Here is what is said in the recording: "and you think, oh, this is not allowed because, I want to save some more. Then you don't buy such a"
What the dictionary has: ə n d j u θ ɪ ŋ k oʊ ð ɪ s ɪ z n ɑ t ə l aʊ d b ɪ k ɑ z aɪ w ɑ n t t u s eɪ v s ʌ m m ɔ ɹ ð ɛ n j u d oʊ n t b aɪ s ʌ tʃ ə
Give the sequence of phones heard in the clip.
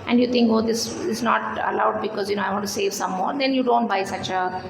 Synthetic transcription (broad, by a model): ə n d j u t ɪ ŋ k oʊ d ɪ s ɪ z n ɑ t ə l aʊ d b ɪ k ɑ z aɪ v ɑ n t t u s eɪ v s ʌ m m ɔ ɹ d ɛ n j u d oʊ n t b aɪ s ʌ tʃ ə